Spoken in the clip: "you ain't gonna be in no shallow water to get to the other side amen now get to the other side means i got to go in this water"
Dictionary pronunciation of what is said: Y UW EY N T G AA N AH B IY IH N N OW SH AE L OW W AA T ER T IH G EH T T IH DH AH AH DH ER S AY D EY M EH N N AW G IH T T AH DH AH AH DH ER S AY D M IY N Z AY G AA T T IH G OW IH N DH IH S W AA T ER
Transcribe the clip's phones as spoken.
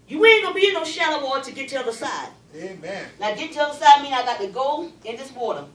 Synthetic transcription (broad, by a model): Y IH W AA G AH B IY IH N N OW SH AE L OW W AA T T IH G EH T T IH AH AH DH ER S AY D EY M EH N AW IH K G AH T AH AH DH ER S AY D M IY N AY G AA T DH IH G OW IH N DH IH S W AA T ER